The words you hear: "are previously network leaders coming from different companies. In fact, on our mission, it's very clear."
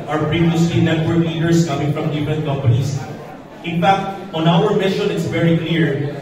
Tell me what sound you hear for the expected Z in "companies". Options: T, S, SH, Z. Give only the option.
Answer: S